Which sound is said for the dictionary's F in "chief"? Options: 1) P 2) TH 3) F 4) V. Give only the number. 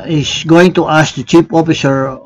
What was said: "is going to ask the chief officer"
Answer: 1